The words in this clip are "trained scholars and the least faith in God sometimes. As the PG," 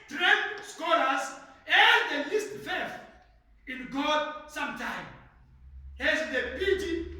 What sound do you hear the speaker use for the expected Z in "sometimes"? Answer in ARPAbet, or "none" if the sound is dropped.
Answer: none